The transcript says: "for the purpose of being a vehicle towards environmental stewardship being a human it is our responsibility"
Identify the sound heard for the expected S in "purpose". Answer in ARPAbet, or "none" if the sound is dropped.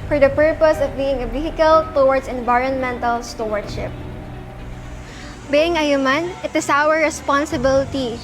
S